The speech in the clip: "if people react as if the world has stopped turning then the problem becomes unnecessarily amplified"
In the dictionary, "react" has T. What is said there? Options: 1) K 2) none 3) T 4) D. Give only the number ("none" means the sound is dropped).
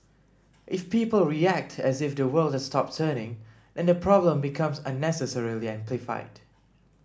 3